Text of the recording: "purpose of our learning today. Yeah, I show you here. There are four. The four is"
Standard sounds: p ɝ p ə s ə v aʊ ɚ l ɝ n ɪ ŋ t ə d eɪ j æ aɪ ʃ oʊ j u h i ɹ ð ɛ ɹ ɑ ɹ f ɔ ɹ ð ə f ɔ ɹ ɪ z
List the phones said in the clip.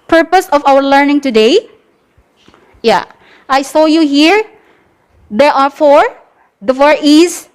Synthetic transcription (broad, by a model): p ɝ p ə s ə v aʊ ɚ l ɝ n ɪ ŋ t ə d eɪ j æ aɪ s oʊ j u h i ɹ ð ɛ ɹ ɑ ɹ f ɔ ɹ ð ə f ɔ ɹ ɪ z